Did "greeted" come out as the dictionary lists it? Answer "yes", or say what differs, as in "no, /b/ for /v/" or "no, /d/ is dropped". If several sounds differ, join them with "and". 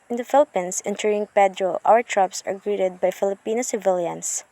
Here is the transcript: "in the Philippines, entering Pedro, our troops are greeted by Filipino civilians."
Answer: yes